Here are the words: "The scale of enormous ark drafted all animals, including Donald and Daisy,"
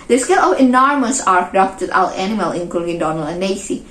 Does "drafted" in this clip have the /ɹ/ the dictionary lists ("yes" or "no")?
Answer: no